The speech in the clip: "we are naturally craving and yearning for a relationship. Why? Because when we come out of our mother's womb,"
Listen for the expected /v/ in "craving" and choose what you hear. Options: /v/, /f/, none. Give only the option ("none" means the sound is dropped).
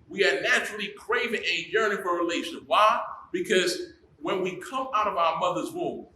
/v/